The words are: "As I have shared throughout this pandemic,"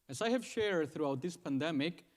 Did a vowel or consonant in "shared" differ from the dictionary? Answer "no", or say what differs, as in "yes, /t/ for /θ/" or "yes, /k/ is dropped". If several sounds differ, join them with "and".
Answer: no